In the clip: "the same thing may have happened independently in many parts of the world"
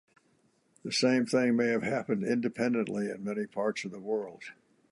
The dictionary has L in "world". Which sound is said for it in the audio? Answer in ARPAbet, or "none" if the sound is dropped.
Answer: L